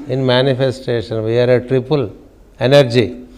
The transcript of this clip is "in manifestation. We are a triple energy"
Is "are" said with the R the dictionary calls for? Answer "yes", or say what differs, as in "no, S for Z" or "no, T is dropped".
yes